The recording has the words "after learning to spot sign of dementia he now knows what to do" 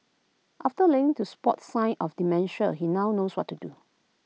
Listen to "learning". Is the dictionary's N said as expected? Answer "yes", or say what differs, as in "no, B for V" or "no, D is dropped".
no, N is dropped